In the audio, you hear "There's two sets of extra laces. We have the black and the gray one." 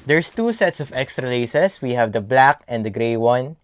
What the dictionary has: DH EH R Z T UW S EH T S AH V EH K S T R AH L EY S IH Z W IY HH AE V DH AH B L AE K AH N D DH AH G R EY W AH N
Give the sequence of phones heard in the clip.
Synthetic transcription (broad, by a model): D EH R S T UW S EH T S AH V EH K S T R AH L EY S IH S W IY HH AE V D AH B L AE K AH N D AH G R EY W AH N